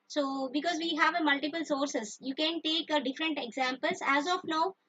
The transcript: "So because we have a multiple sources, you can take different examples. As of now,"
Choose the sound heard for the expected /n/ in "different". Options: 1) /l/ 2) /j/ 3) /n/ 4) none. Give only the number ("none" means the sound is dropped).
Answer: 3